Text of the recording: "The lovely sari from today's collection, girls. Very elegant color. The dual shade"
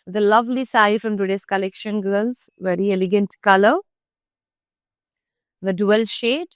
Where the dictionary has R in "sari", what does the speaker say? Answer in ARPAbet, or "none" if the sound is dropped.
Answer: none